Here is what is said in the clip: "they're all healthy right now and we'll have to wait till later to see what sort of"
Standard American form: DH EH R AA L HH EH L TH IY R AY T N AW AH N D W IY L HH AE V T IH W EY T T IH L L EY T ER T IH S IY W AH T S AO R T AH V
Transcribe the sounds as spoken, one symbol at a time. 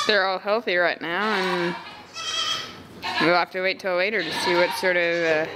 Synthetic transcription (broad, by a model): DH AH R AA L HH EH L TH IY R AY T N AW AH N W IY L HH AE F T IH W EY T T IH L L EY T ER T IH S IY W AH T S AO R T AH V